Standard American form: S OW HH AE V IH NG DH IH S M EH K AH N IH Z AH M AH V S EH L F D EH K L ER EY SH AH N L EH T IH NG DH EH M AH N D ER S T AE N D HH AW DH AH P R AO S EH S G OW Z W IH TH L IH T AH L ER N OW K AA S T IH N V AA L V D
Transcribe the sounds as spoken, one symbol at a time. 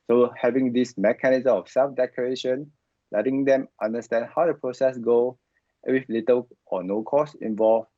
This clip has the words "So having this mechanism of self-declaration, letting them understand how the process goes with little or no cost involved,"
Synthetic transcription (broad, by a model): S OW HH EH V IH NG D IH S M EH K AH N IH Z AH M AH F S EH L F D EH K ER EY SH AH N L EH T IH NG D EH M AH N D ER S T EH N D HH AW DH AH P R AO S EH S G OW W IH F L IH T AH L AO N OW K AA S IH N V AA L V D